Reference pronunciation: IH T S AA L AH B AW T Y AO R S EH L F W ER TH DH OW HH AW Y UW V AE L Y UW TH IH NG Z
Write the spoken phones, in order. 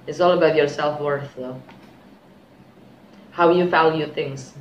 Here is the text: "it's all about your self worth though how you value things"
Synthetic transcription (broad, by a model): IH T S AA L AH B AW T Y AO R S EH L F W ER TH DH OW HH AW Y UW F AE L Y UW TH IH NG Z